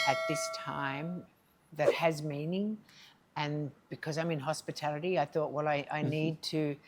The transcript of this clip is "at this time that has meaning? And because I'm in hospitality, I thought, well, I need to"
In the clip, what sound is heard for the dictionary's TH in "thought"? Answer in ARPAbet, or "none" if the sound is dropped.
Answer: TH